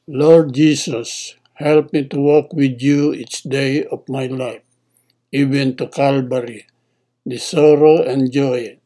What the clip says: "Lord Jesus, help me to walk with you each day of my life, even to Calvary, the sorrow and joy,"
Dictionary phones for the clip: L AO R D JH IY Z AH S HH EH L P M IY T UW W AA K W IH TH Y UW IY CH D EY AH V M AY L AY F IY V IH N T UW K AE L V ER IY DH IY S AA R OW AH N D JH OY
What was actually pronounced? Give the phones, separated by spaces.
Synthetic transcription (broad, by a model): L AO R D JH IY S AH S HH EH L P M IY T UW W AA K W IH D Y UW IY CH D EY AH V M AY L AY F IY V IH N T UW K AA L B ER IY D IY S AA R OW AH N JH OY